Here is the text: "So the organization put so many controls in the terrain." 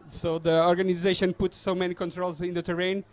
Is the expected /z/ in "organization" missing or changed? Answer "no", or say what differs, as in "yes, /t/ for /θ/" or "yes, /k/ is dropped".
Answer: no